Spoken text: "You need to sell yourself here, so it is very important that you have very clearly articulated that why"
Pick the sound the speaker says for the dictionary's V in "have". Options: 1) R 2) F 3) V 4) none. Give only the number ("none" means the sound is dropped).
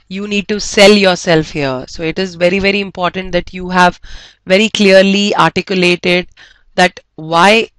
3